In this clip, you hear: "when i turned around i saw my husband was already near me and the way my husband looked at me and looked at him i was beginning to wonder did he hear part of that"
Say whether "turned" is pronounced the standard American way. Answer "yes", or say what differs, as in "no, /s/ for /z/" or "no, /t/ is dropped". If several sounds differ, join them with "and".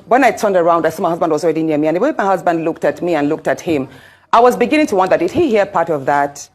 yes